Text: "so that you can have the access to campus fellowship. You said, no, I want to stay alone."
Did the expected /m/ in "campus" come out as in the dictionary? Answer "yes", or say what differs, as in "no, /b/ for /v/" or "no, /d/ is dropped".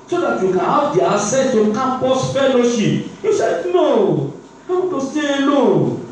no, /m/ is dropped